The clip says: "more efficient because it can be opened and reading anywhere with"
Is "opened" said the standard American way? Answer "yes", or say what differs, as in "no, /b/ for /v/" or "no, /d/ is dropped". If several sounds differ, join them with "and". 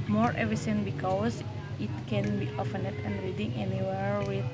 no, /f/ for /p/